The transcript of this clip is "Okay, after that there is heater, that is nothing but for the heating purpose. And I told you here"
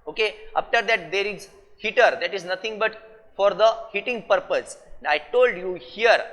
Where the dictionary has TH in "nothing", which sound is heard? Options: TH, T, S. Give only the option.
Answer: T